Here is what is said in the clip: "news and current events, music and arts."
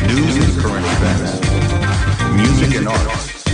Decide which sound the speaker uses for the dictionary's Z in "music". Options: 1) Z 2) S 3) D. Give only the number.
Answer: 1